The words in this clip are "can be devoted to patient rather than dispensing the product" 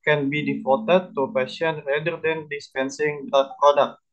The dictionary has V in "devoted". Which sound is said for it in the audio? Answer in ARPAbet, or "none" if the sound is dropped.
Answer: F